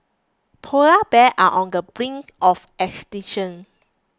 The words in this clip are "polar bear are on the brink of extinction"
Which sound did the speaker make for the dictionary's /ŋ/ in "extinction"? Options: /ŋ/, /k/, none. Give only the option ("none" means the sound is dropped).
none